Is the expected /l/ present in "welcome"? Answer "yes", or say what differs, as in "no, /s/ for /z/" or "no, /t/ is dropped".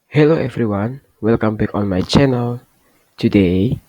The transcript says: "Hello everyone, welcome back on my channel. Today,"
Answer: yes